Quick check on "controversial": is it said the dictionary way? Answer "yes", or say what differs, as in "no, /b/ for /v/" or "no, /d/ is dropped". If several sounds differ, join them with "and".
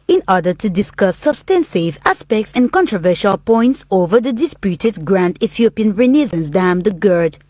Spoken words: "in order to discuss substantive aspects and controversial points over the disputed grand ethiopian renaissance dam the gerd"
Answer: yes